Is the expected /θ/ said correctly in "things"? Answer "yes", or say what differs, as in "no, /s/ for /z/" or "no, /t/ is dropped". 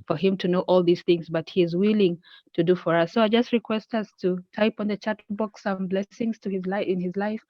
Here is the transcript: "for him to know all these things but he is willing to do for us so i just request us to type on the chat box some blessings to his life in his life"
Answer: yes